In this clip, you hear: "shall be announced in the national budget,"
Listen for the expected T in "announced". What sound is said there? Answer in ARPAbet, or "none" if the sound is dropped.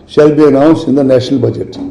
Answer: none